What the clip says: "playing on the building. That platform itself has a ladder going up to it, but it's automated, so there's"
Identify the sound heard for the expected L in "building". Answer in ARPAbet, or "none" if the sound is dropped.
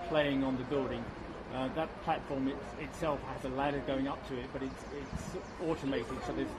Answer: none